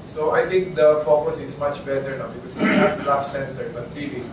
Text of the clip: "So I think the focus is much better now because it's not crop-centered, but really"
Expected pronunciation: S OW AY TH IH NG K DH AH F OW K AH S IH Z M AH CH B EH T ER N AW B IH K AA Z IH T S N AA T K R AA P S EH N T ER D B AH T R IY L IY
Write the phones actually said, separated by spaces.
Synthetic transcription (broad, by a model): S OW AY T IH NG K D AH F OW K AH S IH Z M AH CH B EH T ER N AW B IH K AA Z IH T S N AA T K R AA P S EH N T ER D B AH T R IY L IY